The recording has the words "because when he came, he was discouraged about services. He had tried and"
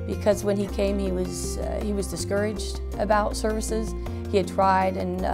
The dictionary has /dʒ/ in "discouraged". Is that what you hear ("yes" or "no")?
yes